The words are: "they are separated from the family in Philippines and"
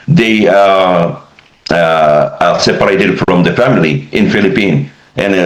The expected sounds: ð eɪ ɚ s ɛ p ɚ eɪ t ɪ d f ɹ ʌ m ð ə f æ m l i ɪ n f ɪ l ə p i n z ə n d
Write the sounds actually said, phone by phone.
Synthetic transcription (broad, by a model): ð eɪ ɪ s ɛ p ɚ eɪ t ɪ d f ɹ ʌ m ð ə f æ m l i ɪ n f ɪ l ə p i n ə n